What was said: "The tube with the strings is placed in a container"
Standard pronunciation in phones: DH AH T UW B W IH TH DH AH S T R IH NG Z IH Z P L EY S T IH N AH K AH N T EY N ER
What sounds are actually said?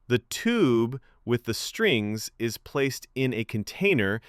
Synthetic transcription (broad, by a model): DH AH T UW B W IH DH AH S T R IH NG Z IH Z P L EY S T IH N AH K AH N T EY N ER